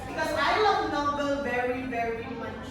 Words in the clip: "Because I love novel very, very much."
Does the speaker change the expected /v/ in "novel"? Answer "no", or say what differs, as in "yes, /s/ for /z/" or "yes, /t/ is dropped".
yes, /b/ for /v/